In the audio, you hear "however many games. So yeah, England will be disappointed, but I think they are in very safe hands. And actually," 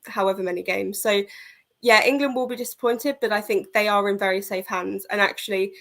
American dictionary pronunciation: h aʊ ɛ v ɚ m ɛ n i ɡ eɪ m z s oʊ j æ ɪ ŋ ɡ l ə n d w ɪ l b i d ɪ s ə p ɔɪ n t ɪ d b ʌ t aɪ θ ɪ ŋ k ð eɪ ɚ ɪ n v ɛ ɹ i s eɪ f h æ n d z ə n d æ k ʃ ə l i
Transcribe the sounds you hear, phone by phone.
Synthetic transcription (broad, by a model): h aʊ ɛ v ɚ m ɛ n i ɡ eɪ m z s oʊ j æ ɪ ŋ ɡ l ə n d w ɪ l b i d ɪ s ə p ɔɪ n t ɪ d b ʌ t aɪ θ ɪ ŋ k ð eɪ ɚ ɪ n v ɛ ɹ i s eɪ f h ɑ n d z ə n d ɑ k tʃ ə l i